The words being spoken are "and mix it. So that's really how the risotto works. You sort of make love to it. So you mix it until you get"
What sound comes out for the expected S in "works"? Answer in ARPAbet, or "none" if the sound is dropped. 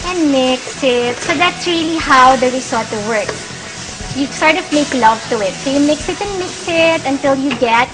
none